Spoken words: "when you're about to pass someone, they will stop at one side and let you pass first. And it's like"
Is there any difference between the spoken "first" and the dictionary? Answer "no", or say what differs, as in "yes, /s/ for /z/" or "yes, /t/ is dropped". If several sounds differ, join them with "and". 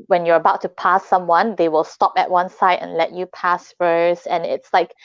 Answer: yes, /t/ is dropped